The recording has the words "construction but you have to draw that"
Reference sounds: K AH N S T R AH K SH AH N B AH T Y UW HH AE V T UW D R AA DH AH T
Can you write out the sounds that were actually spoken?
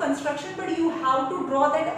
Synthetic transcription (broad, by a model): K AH N S T R AH K SH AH N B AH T Y UW HH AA W T UW D R AA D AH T